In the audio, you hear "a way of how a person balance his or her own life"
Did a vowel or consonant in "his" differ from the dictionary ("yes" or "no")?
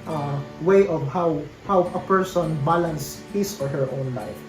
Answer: yes